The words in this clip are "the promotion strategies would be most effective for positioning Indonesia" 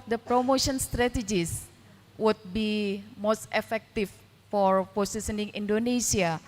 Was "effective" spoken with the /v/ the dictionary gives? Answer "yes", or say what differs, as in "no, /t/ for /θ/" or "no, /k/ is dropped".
no, /f/ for /v/